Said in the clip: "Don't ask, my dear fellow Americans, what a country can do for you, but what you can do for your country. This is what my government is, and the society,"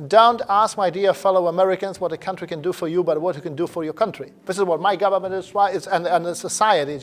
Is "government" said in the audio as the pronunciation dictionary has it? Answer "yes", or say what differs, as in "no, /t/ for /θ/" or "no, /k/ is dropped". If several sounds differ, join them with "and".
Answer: yes